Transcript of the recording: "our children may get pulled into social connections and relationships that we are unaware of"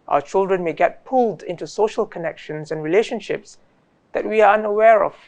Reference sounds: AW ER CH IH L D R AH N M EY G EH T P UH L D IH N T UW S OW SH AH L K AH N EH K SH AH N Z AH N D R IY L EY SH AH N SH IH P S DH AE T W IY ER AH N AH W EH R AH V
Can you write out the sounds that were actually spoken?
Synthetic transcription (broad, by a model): AW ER CH IH L D R AH N M EY G EH T P UH L D IH N T UW S OW SH AH L K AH N EH K SH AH N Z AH N R IY L EY SH AH N SH IH P S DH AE T W IY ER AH N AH W EH R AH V